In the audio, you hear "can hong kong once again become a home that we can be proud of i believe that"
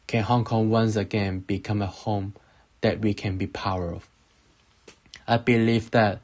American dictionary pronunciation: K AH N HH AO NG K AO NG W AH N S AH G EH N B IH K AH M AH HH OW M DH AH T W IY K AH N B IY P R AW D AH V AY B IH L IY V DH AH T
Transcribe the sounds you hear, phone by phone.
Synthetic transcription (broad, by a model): K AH N HH AO NG K AO NG W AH N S AH G EH N B IH K AH M AH HH OW M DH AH T W IY K AH N B IY P AW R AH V AY B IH L IY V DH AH T